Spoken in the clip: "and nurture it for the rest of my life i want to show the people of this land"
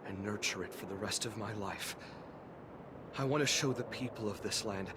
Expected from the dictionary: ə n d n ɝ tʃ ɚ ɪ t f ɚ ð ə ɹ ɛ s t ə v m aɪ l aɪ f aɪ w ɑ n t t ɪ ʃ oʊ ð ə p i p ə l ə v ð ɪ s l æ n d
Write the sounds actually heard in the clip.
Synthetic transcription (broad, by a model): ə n n ɝ tʃ ɚ ɪ t f ɚ ð ə ɹ ɛ s t ə v m aɪ l aɪ f aɪ w ɑ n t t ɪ ʃ oʊ ð ə p i p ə l ə v ð ɪ s l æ n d